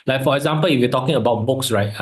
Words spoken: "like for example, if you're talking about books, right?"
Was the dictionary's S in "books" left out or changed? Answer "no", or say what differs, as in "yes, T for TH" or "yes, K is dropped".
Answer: no